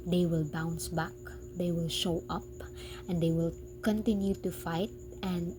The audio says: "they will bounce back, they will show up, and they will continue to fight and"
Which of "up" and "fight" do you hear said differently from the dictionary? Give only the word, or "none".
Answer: none